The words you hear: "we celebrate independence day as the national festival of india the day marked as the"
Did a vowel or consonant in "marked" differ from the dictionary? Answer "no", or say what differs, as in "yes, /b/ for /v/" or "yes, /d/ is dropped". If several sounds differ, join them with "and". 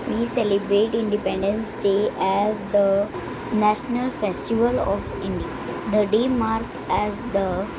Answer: yes, /t/ is dropped